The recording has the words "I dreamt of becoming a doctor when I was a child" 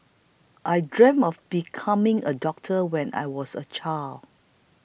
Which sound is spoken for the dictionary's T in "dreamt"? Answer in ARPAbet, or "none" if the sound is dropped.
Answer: none